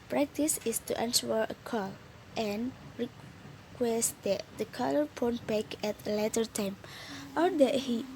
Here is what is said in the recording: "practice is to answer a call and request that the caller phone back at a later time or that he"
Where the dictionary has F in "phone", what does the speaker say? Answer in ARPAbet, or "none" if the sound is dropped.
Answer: P